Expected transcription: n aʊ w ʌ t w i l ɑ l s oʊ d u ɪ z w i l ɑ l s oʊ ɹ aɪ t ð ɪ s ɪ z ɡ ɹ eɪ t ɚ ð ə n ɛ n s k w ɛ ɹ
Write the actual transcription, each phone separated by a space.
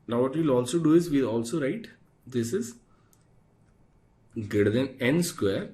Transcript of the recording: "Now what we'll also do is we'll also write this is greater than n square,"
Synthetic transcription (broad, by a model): n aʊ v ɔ t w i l ɑ l s oʊ d u ɪ z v i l ɑ l s oʊ ɹ aɪ t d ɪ s ɪ z ɡ eɪ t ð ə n ɛ n s k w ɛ ɹ